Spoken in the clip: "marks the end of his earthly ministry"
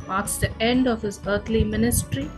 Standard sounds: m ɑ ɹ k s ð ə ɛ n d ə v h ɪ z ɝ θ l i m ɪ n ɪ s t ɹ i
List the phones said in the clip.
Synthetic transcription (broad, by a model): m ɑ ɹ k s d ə ɛ n d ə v h ɪ z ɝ t l i m ɪ n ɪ s t ɹ i